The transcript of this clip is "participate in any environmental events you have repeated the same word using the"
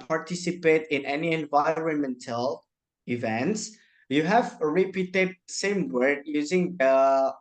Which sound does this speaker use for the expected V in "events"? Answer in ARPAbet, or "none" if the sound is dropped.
V